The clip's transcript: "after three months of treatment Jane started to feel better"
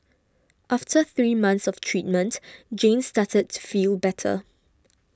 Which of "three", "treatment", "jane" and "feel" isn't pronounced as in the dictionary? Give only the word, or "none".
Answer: none